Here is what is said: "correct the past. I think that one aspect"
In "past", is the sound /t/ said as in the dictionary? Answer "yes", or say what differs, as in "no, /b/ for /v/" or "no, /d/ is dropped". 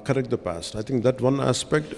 yes